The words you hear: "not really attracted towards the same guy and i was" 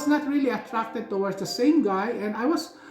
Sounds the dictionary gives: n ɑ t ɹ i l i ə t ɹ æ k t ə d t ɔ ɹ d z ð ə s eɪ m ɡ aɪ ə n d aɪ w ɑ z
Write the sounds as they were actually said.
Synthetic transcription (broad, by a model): n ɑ t ɹ i l i ə t ɹ æ k t ə d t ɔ w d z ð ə s eɪ m ɡ aɪ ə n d aɪ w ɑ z